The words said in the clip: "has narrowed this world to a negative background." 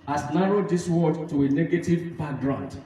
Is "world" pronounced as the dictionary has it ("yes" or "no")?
no